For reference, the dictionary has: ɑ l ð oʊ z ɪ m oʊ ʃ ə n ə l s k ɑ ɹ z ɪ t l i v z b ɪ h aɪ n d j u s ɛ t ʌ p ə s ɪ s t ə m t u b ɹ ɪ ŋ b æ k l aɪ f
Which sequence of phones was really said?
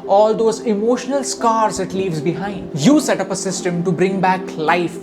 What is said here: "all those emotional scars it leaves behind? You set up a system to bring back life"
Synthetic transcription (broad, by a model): ɑ l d oʊ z ɪ m oʊ ʃ ə n ə l s k ɑ ɹ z ɪ t l i v z b ɪ h aɪ n d j u s ɛ t ʌ p ə s ɪ s t ə m t u b ɹ ɪ ŋ b æ k l aɪ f